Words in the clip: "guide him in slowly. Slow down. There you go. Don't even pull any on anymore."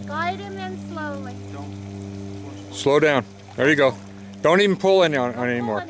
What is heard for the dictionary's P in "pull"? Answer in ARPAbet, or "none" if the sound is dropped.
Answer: P